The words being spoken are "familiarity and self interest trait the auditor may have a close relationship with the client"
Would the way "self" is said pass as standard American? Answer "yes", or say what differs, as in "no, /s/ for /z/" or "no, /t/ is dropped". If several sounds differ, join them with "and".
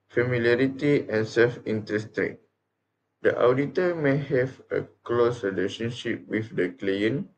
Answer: yes